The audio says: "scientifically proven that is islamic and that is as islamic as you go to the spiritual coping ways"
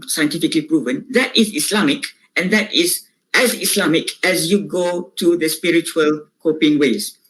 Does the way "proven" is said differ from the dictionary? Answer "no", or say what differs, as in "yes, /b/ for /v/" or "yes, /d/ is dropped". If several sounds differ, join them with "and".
no